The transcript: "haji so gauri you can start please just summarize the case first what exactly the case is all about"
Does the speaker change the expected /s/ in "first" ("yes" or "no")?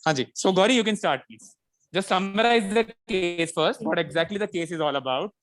no